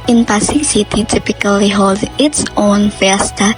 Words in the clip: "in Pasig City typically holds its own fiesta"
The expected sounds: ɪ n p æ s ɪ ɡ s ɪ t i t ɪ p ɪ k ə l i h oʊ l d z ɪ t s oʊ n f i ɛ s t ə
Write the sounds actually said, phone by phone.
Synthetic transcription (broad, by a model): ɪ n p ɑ s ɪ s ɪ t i t ɪ p ɪ k ə l i h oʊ l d ɪ t s oʊ n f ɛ s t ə